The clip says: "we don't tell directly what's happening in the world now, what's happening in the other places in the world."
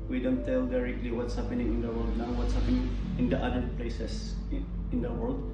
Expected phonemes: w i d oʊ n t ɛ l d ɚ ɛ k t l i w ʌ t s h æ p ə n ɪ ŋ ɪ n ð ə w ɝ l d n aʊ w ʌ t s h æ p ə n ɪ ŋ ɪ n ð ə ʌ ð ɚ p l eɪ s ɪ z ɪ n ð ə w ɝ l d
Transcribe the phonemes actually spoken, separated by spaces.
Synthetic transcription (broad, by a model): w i d oʊ n t ɛ l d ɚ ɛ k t l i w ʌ t s h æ p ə n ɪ ŋ ɪ n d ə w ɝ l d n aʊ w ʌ t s h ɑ p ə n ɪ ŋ ɪ n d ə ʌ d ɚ p l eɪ s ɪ s ɪ n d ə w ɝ l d